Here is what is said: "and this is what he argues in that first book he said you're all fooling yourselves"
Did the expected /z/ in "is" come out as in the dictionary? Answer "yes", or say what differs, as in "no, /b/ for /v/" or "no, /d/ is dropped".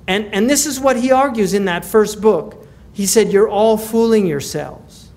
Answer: yes